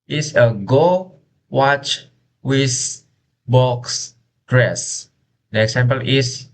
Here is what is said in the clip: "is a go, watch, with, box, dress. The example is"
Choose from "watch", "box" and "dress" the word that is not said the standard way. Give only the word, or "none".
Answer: none